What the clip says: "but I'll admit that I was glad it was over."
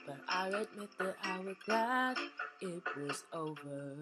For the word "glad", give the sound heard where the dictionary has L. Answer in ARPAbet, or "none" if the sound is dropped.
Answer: none